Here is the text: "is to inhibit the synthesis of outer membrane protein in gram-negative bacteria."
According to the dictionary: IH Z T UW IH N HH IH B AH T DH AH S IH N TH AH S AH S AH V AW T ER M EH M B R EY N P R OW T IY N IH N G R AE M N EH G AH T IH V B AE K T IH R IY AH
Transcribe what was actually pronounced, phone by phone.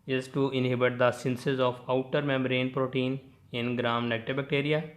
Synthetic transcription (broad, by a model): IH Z T UW IH N HH IH B AH T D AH S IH N S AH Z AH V AW T ER M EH M R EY N P R OW T IY N IH N G R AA M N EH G T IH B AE K T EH R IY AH